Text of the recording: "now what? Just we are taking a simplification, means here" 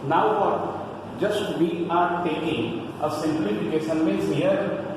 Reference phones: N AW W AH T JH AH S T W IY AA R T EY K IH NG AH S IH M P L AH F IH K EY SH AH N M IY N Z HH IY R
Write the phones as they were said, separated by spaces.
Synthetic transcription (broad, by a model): N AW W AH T JH AH S T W IY AA R T EY K IH NG AH S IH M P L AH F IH K EY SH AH N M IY Z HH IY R